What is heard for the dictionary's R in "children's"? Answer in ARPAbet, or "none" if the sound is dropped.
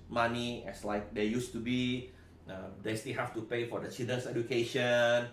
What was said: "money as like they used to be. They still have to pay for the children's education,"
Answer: none